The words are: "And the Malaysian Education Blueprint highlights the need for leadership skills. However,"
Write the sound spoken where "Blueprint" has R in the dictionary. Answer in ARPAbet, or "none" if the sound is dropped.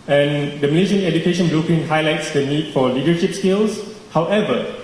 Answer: none